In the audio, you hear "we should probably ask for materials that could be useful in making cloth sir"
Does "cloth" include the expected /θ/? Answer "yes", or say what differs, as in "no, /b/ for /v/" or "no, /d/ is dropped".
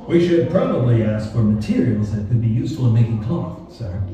no, /t/ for /θ/